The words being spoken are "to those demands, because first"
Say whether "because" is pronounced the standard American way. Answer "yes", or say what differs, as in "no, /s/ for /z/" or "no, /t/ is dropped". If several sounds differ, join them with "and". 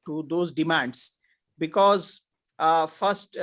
yes